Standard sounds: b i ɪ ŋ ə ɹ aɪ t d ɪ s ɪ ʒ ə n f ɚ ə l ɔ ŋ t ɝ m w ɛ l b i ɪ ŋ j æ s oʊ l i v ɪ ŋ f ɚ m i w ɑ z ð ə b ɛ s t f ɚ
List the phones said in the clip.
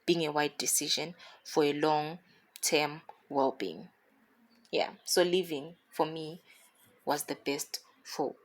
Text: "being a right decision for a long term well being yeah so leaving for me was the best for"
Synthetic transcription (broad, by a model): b i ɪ ŋ ə w aɪ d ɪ s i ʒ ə n f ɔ ə l ɔ ŋ t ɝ m w ɛ l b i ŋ j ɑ s oʊ l i v ɪ ŋ f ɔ m i w ɑ z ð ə b ɛ s t f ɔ